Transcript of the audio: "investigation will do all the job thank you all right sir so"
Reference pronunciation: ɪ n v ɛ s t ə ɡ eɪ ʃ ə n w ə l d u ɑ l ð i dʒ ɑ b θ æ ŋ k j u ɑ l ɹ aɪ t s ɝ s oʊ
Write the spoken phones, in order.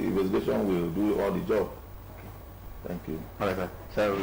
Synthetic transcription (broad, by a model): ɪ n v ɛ s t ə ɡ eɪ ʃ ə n w ə l d u ɑ l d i dʒ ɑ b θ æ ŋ k j u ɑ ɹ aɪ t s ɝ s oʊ